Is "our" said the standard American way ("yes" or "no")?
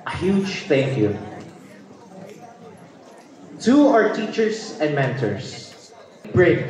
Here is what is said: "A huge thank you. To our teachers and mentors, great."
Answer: yes